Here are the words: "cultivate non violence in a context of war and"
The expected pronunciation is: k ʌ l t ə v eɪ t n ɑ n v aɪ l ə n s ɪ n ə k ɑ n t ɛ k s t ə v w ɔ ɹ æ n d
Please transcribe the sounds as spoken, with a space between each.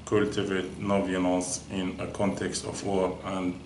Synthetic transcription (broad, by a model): k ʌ l t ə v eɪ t n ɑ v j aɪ n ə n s ɪ n ə k ɑ n t ɛ k s t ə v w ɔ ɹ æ n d